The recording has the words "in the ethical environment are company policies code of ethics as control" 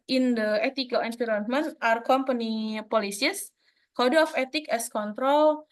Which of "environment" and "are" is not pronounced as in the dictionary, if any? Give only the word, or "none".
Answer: environment